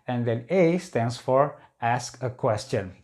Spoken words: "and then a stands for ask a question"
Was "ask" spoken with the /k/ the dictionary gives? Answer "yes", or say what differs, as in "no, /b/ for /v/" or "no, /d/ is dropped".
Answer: yes